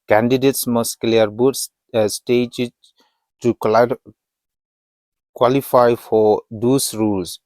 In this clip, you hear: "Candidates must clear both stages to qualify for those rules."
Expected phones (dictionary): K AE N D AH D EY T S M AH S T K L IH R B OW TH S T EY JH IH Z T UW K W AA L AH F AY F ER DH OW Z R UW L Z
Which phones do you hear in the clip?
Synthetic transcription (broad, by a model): K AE N D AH D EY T S M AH S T K L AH R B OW S S T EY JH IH T UW K W AA L AH F AY F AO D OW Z R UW L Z